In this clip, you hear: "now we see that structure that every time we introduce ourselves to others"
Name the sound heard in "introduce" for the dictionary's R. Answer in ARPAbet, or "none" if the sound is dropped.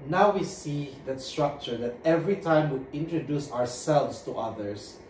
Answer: R